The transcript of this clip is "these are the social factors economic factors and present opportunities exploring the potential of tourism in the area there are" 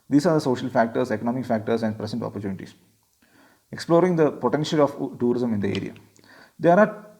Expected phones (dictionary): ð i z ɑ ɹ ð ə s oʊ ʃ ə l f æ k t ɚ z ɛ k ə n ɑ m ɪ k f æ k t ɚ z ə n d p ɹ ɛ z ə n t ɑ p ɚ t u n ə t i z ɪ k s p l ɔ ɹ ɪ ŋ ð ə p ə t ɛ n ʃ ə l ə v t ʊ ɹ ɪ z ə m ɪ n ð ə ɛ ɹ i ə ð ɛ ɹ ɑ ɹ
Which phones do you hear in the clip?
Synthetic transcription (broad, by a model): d i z ɑ ɹ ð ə s oʊ ʃ ə l f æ k t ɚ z ɛ k ə n ɑ m ɪ k f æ k t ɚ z ə n d p ɹ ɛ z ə n t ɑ p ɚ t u n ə t i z ɪ k s p l ɔ ɹ ɪ ŋ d ə p ə t ɛ n ʃ ə l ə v t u ɹ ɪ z ə m ɪ n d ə ɛ ɹ i ə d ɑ ɹ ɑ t